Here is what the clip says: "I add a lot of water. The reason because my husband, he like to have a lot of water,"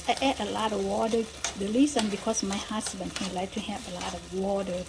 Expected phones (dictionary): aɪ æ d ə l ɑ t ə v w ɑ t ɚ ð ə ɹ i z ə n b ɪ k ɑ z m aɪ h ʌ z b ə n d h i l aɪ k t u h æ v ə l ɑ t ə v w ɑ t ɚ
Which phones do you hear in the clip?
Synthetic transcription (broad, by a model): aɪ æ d ə l ɑ t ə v w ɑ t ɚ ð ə l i s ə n b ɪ k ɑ s m aɪ h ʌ s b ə n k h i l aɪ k t u h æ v ə l ɑ t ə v w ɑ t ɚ